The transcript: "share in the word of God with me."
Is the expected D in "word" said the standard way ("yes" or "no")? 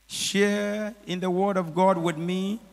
yes